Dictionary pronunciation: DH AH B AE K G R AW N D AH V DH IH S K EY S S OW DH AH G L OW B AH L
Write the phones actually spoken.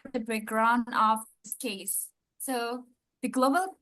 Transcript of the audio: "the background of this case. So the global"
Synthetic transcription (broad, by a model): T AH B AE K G R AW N AH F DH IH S K EY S S OW DH AH G L OW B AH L